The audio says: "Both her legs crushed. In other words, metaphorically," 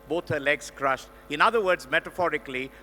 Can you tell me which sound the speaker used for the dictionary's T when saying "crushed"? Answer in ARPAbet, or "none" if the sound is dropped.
T